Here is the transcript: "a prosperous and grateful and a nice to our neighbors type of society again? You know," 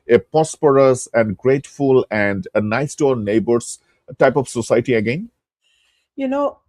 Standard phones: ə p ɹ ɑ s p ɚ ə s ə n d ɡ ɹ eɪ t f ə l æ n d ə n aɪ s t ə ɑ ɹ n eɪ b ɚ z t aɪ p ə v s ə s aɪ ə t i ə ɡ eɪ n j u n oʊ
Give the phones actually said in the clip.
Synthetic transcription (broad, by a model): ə p ɑ s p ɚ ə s ə n d ɡ ɹ eɪ t f ə l æ n d ə n aɪ s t ɑ ɹ n eɪ b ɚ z t aɪ p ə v s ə s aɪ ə t i ə ɡ eɪ n j u n oʊ